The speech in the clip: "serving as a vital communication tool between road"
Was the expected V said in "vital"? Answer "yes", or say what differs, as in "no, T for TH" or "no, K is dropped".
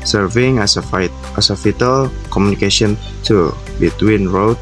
no, F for V